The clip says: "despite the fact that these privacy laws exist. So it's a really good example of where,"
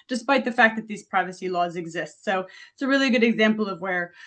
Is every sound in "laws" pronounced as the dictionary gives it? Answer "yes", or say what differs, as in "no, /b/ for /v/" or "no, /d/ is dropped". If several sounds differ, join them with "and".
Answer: yes